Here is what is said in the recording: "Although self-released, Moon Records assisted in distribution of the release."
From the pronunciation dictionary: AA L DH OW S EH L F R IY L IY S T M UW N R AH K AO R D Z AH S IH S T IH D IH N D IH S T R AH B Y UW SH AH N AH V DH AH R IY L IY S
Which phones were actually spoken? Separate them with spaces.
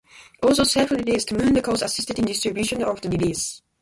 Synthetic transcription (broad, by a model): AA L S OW S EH F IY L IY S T M UW N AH K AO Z AH S IH S T IH D IH N D IH S T R AH B Y UW SH AH N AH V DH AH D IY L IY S